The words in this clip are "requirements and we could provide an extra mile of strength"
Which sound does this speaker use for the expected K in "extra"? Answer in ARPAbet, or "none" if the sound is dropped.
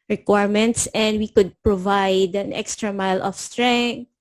K